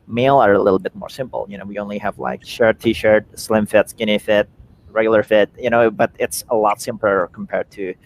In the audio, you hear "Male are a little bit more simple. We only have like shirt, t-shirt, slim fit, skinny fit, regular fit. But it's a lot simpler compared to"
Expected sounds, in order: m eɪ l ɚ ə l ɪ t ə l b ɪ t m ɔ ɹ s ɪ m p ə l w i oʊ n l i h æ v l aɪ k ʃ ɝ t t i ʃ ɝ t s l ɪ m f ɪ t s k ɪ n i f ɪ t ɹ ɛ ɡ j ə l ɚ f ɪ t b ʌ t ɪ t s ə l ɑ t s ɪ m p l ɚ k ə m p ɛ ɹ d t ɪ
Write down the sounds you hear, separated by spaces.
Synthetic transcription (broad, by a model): m eɪ l ɚ ə l ɪ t l b ɪ t m ɔ ɹ s ɪ m p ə n w i oʊ n l i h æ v l aɪ k ʃ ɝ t t i ʃ ɝ t s l ɪ m f ɪ t s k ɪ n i f ɪ t ɹ ɛ ɡ j l ɚ f ɪ t b ʌ t ɪ t s ə l ɑ t s ɪ m p l ɚ k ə m p ɛ ɹ d t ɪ